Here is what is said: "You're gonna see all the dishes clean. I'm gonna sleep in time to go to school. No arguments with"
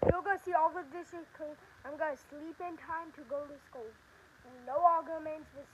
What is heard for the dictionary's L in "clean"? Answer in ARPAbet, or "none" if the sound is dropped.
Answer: none